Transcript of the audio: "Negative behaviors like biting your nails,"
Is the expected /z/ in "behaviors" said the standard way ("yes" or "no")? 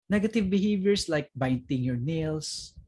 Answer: no